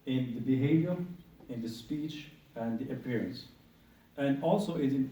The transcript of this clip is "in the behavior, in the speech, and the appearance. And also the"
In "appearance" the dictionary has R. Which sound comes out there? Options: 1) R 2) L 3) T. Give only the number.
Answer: 1